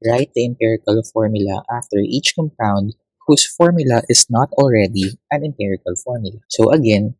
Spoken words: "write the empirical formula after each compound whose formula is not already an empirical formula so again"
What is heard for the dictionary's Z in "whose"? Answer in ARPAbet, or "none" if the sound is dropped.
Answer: S